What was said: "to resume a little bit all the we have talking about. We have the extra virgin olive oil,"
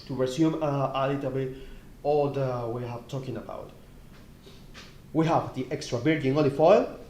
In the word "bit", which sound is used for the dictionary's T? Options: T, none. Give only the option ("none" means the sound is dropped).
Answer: none